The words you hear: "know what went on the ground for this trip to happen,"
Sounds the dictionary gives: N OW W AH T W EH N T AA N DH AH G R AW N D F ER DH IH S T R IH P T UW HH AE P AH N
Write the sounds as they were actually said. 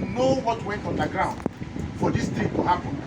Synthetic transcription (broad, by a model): N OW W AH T W EH N T AA N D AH G R AW N D F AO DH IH S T IH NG T UW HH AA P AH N